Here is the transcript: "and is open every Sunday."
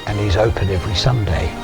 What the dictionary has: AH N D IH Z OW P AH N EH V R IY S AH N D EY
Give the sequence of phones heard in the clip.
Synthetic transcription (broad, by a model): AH N IH Z OW P AH N EH V R IY S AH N D EY